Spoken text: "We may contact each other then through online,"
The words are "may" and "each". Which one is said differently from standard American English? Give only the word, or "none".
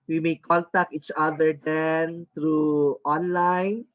none